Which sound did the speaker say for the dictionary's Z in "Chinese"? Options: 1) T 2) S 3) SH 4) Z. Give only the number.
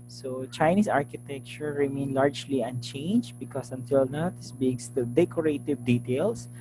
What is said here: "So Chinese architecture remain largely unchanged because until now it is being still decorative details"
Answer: 2